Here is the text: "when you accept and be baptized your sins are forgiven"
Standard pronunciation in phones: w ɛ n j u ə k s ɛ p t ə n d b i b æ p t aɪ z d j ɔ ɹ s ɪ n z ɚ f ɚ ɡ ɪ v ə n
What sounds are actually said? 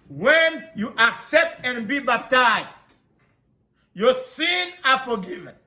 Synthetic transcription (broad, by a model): w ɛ n j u ə k s ɛ p t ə n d b i b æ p t aɪ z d j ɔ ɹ s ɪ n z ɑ f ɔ ɡ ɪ v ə n